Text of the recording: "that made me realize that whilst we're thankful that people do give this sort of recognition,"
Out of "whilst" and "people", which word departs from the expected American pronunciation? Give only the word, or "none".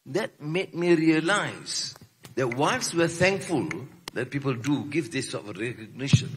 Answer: whilst